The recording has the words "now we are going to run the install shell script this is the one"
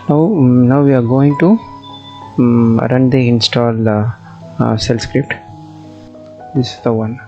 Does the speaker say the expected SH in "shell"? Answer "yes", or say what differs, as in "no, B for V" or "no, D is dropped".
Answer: no, S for SH